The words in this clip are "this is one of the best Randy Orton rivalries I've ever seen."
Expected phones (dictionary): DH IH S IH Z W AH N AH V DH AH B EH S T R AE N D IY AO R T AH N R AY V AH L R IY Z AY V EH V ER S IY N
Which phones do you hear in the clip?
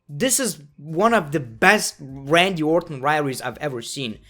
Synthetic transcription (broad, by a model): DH IH S IH Z W AH N AH V DH AH B EH S T R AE N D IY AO R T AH N R AY AH R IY Z AY V EH V ER S IY N